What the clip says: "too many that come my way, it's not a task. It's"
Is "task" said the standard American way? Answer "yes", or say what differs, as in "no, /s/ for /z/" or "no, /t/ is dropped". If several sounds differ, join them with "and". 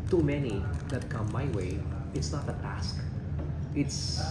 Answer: yes